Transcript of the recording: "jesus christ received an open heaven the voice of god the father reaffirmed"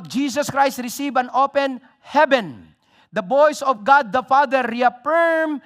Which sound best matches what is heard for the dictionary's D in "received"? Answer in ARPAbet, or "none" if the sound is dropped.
none